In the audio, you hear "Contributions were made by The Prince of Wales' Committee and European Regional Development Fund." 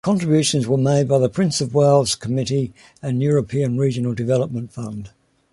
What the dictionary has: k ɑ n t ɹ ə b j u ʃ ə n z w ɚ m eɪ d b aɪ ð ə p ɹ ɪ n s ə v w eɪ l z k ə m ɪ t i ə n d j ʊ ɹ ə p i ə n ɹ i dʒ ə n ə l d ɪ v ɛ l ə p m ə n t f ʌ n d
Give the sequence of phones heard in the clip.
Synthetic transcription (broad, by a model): k ɑ n t ɹ ə b j u ʃ ə n z w ɚ m eɪ d b aɪ ð ə p ɹ ɪ n s ə v w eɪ l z k ə m ɪ t i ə n j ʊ ɹ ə p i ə n ɹ i dʒ ə n ə l d ɪ v ɛ l ə p m ə n t f ʌ n d